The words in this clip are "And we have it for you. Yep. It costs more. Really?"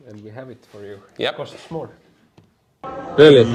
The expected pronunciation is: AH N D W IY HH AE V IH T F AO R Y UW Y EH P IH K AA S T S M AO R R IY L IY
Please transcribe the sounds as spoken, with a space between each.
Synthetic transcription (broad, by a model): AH N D W IY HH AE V IH T F AO R Y UW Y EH IH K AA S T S M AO L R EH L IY